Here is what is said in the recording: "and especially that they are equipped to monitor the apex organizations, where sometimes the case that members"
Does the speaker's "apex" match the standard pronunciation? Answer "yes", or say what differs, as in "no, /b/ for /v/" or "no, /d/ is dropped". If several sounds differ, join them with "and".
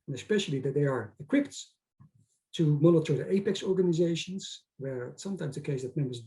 yes